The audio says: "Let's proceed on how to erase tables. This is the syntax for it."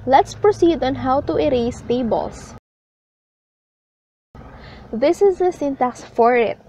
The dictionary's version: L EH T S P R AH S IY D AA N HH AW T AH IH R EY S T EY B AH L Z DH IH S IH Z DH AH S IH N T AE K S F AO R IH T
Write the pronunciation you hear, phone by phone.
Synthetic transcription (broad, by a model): L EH T S P R AH S IY D AA N HH AW T AH IH R EY S T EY B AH L S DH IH S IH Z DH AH S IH N T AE K S F AO R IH T